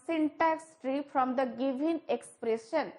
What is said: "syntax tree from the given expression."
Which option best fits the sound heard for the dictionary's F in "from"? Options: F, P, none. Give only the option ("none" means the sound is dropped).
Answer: P